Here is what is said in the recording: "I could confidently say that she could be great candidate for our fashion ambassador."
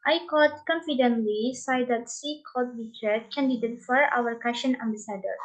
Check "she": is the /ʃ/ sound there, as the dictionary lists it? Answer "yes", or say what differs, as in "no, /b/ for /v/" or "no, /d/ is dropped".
no, /s/ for /ʃ/